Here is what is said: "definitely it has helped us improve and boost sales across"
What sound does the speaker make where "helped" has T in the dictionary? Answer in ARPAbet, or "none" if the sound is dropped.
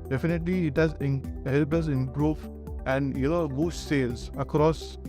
none